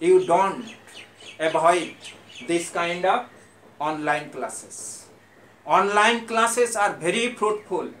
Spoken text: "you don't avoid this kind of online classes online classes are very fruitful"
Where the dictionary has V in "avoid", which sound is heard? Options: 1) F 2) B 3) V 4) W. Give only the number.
2